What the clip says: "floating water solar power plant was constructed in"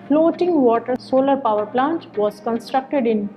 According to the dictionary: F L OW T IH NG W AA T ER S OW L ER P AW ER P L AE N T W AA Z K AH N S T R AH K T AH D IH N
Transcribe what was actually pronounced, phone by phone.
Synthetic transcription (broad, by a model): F L OW T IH NG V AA T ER S OW L ER P AW ER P L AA N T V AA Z K AH N S T R AH K T AH D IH N